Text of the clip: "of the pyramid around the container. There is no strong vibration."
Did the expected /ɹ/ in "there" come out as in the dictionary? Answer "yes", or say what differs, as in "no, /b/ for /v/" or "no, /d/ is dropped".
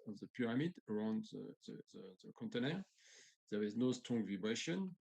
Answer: no, /w/ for /ɹ/